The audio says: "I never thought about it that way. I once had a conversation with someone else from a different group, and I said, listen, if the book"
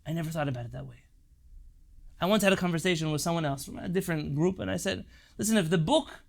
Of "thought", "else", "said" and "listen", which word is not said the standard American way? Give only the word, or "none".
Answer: none